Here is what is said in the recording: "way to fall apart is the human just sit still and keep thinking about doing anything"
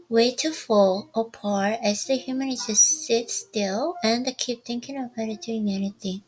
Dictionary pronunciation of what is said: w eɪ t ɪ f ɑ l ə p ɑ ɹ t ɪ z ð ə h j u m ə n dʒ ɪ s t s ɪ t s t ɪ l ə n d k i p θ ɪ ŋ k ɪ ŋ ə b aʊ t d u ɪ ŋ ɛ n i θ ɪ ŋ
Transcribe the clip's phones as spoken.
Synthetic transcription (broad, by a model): w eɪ t ɪ f ɑ l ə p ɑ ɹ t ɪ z ð ə h j u m ə n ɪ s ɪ s ɪ t s t ɪ l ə n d k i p t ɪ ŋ k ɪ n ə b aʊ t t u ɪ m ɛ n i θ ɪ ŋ